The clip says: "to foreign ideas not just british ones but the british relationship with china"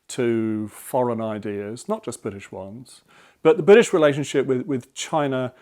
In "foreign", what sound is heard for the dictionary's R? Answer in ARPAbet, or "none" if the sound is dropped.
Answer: R